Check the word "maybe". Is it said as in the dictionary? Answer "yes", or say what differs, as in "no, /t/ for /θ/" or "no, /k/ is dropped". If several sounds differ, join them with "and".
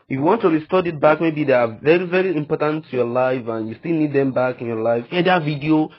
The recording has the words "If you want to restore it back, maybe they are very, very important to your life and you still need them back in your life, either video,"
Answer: yes